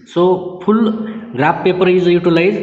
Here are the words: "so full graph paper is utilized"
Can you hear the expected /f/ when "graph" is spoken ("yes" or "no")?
no